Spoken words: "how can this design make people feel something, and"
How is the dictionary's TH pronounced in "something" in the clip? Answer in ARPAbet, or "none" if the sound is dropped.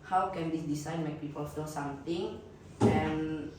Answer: T